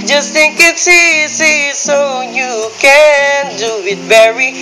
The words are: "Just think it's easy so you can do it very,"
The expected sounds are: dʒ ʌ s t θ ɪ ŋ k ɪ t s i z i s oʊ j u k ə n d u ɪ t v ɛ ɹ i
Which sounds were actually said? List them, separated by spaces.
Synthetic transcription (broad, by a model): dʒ ʌ s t θ ɪ ŋ k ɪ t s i s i s oʊ j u k ə n d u ɪ t v ɛ ɹ i